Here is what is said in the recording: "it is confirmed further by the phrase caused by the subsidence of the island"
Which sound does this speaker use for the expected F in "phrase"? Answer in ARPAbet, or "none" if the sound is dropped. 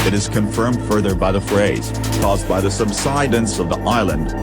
F